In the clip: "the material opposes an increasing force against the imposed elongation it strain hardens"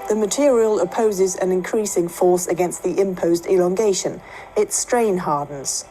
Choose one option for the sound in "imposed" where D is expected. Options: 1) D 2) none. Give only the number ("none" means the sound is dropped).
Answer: 1